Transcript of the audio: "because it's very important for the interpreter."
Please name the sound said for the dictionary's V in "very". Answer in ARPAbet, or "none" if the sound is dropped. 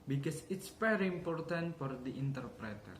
F